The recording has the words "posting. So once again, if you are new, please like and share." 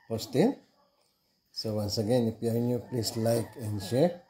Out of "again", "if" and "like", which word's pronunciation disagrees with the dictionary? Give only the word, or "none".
if